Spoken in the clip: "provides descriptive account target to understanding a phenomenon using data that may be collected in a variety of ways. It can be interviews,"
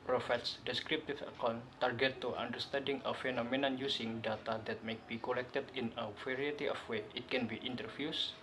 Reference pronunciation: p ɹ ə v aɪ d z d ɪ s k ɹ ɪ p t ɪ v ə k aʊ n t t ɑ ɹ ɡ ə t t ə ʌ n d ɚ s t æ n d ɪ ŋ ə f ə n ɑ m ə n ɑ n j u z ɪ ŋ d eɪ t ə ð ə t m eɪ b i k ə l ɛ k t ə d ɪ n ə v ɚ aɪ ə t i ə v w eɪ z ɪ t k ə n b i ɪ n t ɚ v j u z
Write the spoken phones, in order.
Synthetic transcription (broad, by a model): p ɹ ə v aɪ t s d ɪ s k ɹ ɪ p t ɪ f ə k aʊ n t t ɑ ɹ ɡ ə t t ə n d ɚ s t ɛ n d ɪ ŋ ə f ə n ɑ m ə n ɑ n j u s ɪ ŋ d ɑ t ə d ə t m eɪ b i k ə l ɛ k t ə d ɪ n ə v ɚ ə t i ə f w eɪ ɪ t k ə n b i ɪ n t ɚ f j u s